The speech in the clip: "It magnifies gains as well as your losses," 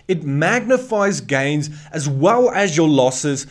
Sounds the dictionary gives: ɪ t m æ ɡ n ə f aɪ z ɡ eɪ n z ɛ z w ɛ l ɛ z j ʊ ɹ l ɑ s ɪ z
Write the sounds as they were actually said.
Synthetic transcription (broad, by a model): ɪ t m æ ɡ n ə f aɪ z ɡ eɪ n z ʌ z w ɛ l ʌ z j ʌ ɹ l ɑ s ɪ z